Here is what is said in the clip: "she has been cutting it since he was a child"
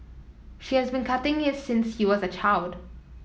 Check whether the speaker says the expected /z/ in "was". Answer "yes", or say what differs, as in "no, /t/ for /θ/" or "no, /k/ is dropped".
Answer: yes